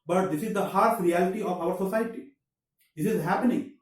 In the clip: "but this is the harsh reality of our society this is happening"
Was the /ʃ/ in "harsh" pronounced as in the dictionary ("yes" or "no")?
no